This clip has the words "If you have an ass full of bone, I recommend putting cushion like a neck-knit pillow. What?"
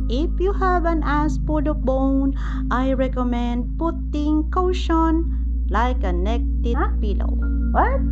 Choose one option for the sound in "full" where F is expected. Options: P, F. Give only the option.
P